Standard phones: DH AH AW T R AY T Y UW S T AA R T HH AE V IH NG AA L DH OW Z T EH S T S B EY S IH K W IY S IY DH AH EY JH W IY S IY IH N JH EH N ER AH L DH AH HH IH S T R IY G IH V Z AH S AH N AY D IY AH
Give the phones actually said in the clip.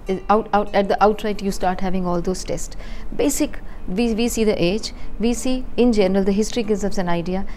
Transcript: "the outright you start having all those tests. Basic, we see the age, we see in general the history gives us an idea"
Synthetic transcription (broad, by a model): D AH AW T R AY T Y UW S T AA R T HH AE V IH NG AA L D OW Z T EH S T S B EY S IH K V IY S IY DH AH EY JH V IY S IY IH N JH EH N ER AH L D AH HH IH S T R IY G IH Z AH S AH N AY D IY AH